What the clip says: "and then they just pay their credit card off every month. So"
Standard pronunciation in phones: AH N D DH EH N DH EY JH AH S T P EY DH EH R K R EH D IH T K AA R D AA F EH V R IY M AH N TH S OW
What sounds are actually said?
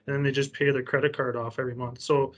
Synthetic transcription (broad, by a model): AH N DH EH N DH EY JH AH S P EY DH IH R K R EH D IH T K AA R D AA F EH V R IY M AH N TH S OW